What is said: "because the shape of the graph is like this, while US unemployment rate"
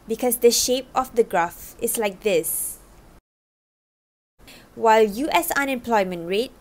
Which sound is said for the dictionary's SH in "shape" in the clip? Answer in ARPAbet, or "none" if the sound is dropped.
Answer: SH